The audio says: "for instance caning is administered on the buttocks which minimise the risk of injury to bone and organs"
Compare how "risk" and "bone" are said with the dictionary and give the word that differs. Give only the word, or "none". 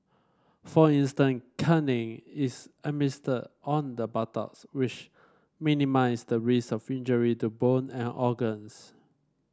risk